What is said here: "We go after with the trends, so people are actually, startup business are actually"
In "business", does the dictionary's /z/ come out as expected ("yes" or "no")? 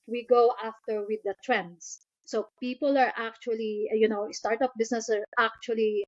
no